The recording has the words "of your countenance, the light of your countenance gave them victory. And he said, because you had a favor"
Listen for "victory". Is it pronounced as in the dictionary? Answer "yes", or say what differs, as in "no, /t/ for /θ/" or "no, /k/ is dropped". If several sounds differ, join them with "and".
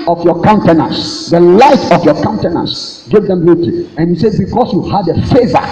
no, /k/ is dropped